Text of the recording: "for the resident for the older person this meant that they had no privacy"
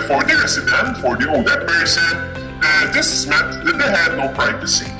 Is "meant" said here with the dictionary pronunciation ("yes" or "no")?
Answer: no